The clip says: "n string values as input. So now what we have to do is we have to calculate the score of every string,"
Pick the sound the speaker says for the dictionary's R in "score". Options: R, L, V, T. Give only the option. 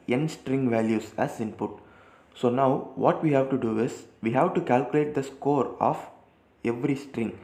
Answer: R